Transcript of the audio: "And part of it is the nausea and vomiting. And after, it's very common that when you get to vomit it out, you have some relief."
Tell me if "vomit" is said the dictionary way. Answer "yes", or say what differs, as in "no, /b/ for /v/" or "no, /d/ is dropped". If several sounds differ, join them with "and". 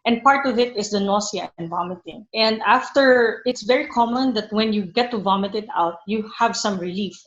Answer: yes